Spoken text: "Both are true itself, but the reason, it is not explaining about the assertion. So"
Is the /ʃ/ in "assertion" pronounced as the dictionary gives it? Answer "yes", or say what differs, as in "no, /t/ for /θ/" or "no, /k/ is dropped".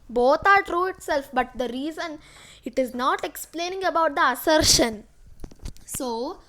yes